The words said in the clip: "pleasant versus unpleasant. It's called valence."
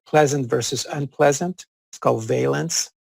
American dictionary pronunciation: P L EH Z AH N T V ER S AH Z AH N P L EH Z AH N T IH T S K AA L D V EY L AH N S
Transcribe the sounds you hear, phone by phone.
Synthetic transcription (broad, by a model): P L EH Z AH N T V ER S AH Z AH N P L EH Z AH N T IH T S K AA L D V EY L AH N S